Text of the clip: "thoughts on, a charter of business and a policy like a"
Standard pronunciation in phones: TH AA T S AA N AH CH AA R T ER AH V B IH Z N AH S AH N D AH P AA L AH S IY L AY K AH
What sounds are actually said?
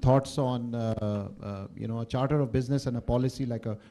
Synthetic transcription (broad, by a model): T AA T S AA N AH CH AA R T ER AH V B IH Z N AH S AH N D AH P AA L AH S IY L AY K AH